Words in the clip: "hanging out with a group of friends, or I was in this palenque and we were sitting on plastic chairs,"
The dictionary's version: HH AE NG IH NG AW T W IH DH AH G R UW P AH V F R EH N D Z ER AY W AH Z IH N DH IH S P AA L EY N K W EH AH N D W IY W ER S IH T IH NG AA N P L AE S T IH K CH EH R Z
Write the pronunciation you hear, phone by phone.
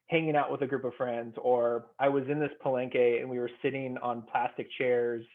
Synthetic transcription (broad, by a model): HH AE NG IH NG AW T W IH DH AH G R UW P AH V F R EH N D Z ER AY W AH Z IH N DH IH S P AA L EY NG K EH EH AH N W IY W ER S IH T IH NG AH N P L AE S T IH K CH EH R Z